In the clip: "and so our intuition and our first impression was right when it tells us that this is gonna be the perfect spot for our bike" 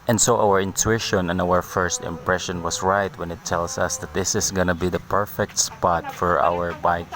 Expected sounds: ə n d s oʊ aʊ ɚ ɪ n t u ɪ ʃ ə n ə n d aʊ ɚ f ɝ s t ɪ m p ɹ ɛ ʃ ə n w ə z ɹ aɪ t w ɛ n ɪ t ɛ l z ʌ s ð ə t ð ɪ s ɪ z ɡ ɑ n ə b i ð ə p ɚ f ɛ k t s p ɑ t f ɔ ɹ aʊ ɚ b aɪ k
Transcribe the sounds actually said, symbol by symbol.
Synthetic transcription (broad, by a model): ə n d s oʊ aʊ ɚ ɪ n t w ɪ ʃ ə n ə n aʊ ɚ f ɝ s t ɪ m p ɹ ɛ ʃ ə n w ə s ɹ aɪ t w ɛ n ɪ t ɛ l s ʌ s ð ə t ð ɪ s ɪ s ɡ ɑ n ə b i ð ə p ɚ f ɛ k t s p ɑ t f ɔ ɹ aʊ ɚ b aɪ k